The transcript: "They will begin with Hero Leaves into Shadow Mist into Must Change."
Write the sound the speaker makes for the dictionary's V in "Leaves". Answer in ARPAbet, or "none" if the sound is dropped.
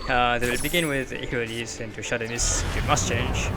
none